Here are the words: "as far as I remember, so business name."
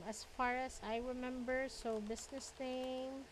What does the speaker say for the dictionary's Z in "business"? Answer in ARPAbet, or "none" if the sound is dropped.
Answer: S